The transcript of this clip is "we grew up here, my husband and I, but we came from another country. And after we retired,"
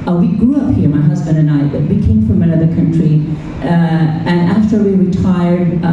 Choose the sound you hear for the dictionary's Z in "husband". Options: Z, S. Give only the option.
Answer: Z